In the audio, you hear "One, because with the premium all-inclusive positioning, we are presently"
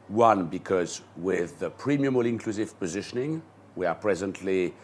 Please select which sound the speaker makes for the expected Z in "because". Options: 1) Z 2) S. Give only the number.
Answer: 1